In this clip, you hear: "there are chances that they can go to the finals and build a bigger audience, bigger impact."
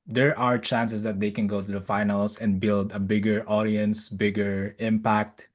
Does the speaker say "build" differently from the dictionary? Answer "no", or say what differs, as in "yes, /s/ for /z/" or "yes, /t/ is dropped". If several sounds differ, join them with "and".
no